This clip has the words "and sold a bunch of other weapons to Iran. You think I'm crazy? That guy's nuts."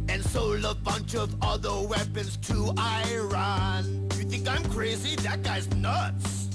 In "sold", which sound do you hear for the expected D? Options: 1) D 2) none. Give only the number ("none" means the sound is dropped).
2